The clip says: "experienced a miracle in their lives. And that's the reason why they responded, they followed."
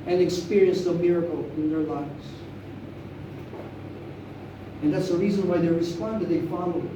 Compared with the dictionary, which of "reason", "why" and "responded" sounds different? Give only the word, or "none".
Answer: none